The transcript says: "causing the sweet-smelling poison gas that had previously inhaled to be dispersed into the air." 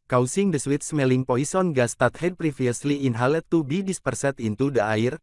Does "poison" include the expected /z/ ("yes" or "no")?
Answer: no